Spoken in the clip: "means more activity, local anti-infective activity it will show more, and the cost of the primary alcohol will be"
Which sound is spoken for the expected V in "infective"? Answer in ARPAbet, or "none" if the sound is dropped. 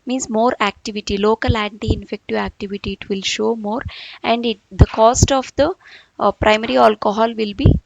V